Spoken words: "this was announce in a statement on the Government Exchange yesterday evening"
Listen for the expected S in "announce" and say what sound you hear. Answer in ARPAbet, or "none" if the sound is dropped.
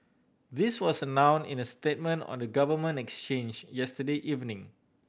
none